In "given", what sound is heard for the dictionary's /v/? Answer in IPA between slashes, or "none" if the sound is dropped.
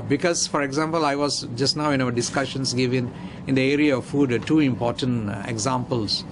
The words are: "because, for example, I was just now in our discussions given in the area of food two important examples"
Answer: /v/